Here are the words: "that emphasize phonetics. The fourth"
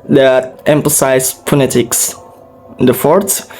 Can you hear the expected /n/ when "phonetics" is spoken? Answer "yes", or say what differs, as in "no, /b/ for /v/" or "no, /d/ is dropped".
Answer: no, /l/ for /n/